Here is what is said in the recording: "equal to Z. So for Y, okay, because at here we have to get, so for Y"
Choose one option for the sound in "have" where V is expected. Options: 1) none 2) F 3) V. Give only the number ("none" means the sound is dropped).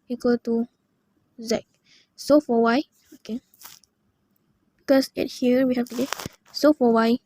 2